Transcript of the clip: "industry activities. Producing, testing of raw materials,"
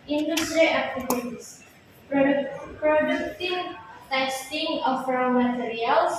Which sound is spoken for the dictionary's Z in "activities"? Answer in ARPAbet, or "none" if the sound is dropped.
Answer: S